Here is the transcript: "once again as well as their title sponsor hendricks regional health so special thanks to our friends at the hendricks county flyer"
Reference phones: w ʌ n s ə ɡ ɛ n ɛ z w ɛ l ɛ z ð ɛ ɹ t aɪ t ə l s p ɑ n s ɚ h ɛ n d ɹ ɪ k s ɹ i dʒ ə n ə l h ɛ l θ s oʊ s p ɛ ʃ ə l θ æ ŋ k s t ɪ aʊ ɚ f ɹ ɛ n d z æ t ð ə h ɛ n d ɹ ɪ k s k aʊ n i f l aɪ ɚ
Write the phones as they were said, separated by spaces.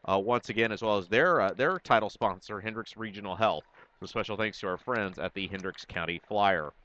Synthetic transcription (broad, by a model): w ʌ n s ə ɡ ɛ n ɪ z w ɛ l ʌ z ð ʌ ɹ t aɪ t l s p ɑ n s ɚ h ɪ n d ɹ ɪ k s ɹ i dʒ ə n l h ɛ l θ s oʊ s p ɛ ʃ l θ æ ŋ k s t ɪ aʊ ɚ f ɹ ɛ n d z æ t ð ə h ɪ n d ɹ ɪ k s k aʊ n i f l aɪ ɚ